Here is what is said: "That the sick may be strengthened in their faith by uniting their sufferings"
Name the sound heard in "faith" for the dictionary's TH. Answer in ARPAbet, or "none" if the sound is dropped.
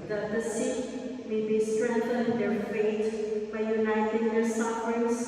T